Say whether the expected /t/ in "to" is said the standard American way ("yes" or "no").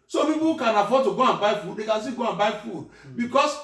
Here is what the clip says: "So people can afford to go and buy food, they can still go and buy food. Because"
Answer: yes